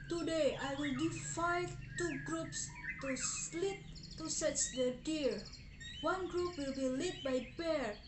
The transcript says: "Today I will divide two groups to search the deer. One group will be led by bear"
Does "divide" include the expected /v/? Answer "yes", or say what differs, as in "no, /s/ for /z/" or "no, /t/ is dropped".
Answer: no, /f/ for /v/